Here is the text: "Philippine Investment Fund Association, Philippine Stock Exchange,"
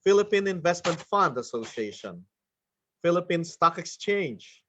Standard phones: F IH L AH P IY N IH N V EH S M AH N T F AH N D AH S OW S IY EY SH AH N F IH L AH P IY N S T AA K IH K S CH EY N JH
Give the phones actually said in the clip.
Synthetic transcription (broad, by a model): F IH L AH P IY N IH N V EH S M AH N T F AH N D AH S OW S IY EY SH AH N F IH L AH P IY N S T AA K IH K S CH EY N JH